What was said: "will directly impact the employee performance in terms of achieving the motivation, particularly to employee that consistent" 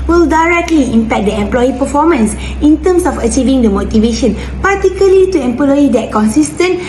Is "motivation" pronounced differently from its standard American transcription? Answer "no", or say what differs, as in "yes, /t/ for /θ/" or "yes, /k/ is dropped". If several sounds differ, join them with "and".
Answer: no